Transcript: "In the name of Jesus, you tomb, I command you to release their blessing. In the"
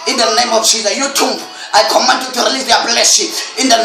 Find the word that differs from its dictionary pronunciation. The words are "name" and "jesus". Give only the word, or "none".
jesus